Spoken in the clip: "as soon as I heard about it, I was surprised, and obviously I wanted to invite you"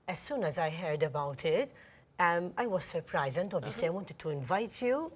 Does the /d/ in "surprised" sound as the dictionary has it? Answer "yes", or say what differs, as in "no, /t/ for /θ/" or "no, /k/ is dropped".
no, /d/ is dropped